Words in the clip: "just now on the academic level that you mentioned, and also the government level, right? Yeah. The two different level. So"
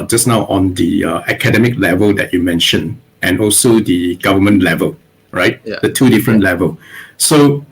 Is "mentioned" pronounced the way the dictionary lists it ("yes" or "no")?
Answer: no